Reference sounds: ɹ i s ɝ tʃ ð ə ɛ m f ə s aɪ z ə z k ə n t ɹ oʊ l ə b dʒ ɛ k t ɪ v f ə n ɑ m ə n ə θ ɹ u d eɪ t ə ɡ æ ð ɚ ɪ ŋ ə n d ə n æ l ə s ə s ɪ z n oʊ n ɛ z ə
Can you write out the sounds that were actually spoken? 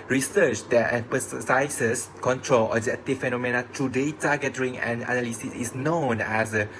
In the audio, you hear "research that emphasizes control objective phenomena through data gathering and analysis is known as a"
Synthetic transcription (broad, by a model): ɹ i s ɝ tʃ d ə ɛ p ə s aɪ s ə s k ə n t ɹ oʊ l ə dʒ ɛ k t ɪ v f ə n ɑ m ə n ə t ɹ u d eɪ t ə ɡ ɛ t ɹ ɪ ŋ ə n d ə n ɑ l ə s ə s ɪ s n oʊ n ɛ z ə